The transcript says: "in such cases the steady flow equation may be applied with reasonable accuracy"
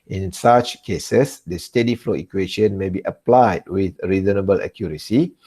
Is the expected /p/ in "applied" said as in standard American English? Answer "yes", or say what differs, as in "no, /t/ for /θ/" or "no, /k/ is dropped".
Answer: yes